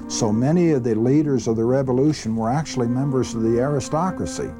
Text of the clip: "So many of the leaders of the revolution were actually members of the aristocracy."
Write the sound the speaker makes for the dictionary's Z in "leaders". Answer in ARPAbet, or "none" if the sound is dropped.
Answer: Z